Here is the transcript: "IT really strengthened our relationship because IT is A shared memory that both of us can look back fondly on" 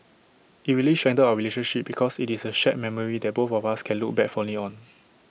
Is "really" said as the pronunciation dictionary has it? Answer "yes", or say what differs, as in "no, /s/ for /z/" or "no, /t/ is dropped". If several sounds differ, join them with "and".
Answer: no, /w/ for /ɹ/